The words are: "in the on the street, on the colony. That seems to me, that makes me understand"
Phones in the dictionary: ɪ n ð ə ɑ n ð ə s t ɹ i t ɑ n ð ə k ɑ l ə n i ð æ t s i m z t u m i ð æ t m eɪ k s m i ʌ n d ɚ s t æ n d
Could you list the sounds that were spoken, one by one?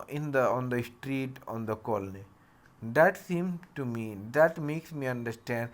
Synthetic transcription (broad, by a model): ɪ n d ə ɑ n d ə s t ɹ i t ɑ n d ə k ɑ l ə n i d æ t s i m t u m i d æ t m eɪ k s m i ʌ n d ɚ s t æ n d